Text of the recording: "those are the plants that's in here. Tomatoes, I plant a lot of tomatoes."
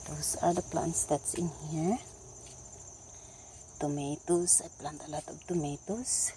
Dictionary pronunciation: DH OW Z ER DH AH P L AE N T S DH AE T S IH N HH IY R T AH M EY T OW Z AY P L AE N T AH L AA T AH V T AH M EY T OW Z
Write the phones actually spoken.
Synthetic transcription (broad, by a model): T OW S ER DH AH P L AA N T S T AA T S IH N HH IY R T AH M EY T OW S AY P L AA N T AH L AA T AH B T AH M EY T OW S